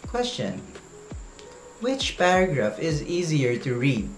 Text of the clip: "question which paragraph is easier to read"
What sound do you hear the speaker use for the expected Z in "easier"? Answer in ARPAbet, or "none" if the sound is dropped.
Z